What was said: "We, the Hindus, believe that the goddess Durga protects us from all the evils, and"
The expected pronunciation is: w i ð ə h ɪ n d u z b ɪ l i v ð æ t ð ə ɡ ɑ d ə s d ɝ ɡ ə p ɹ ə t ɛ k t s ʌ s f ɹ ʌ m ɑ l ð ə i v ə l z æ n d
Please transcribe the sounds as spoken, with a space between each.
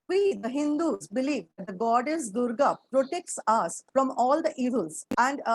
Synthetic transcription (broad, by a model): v i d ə h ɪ n d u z b ɪ l i v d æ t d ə ɡ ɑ d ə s d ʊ ɡ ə p ɹ ə t ɛ k t s ʌ s f ɹ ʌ m ɑ l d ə i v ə l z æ n d